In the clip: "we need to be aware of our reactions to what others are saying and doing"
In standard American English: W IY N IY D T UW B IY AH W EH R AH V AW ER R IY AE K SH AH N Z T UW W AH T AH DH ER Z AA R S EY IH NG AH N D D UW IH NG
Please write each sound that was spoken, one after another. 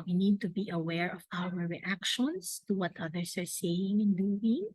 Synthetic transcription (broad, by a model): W IY N IY D T UW B IY AH W EH R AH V AW ER R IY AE K SH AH N S T UW W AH T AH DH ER S AA R S EY IH NG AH N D D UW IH NG